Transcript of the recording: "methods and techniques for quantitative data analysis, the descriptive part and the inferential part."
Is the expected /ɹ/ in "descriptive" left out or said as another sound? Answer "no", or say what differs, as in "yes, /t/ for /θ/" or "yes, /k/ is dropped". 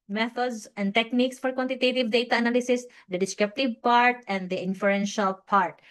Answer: yes, /ɹ/ is dropped